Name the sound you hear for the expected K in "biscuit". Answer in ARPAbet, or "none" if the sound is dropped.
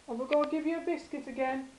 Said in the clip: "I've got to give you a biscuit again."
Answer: K